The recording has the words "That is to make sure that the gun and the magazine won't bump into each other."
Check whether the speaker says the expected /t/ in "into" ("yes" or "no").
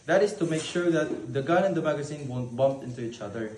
yes